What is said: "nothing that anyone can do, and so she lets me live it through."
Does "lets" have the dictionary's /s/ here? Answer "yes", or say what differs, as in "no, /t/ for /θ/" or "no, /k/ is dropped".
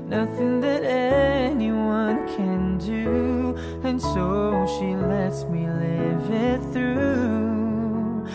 yes